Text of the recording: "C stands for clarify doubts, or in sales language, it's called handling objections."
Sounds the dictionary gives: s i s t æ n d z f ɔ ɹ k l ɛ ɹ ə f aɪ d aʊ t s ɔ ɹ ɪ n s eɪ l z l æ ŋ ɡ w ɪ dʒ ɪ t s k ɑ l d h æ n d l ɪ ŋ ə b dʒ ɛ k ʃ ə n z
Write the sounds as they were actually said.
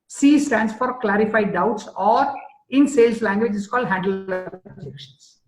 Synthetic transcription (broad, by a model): s i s t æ n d s f ɔ ɹ k l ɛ ɹ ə f aɪ d aʊ t s ɔ ɹ ɪ n s eɪ l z l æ ŋ ɡ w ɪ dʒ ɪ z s k ɑ l d h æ n d ɪ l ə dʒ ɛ k ʃ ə n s